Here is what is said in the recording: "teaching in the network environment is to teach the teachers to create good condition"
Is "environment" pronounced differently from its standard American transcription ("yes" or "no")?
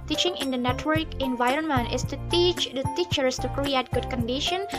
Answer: no